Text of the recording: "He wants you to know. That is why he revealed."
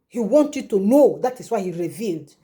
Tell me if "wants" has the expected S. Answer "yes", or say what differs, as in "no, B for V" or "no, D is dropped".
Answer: no, S is dropped